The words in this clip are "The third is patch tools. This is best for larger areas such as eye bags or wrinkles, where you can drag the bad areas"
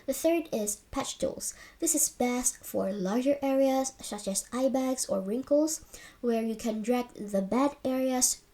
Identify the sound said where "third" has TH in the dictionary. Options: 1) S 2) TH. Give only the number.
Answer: 2